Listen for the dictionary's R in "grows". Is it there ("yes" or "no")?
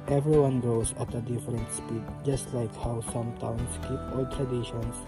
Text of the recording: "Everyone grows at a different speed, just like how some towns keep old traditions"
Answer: no